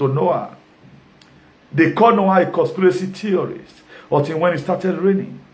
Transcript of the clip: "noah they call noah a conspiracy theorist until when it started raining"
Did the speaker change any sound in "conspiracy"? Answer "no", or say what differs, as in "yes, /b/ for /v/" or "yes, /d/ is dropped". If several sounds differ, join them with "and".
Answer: yes, /n/ is dropped